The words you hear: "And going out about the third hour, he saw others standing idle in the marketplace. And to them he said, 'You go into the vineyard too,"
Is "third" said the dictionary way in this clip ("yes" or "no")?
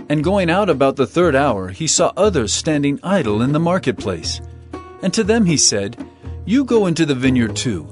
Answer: yes